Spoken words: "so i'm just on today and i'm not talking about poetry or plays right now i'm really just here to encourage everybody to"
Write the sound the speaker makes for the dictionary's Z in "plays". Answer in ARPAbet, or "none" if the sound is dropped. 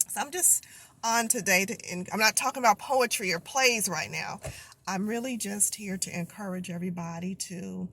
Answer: Z